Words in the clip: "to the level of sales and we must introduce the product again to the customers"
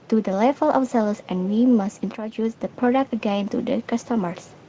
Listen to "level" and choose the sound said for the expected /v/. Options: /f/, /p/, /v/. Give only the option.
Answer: /f/